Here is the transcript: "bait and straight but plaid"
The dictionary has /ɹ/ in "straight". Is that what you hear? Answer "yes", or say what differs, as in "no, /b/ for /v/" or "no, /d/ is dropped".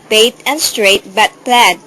yes